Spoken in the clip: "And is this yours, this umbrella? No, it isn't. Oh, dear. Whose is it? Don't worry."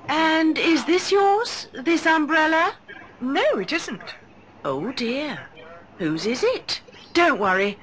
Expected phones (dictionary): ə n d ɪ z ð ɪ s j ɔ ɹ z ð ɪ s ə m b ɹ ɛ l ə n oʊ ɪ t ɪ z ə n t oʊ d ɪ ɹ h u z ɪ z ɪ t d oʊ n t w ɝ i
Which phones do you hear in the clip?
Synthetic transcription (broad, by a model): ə n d ɪ z ð ɪ s j ɔ ɹ z ð ɪ s ə m b ɹ ɛ l ə n oʊ ɪ t ɪ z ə n t oʊ d ɪ ɹ h u z ɪ z ɪ t d oʊ n t w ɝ i